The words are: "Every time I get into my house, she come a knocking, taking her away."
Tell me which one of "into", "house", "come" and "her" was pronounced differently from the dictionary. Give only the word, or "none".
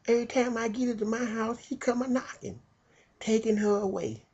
into